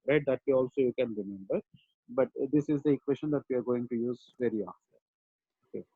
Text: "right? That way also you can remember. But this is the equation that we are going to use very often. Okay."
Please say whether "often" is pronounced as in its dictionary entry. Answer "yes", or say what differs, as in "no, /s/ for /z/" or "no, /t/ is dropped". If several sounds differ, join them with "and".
no, /n/ is dropped